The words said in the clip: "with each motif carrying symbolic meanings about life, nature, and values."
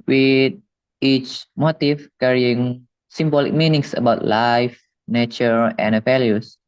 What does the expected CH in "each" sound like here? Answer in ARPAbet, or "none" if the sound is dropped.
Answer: CH